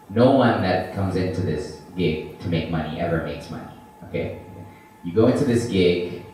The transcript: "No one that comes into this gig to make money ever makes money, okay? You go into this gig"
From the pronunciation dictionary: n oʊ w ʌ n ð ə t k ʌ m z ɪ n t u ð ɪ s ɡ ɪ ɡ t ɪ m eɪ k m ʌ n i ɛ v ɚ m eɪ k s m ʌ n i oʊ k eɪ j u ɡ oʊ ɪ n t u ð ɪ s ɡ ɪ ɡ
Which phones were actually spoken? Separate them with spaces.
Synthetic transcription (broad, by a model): n oʊ w ʌ n ð ə t k ʌ m z ɪ n t u ð ɪ s ɡ ɪ ɡ t ɪ m eɪ k m ʌ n i ɛ v ɚ m eɪ k s m ʌ n i oʊ k eɪ j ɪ ɡ oʊ ɪ n t u ð ɪ s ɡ ɪ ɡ